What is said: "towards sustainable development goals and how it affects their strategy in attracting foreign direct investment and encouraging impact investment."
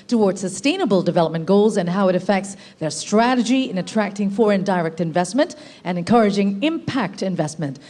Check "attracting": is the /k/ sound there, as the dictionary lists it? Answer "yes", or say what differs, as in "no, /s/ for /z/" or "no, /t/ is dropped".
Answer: yes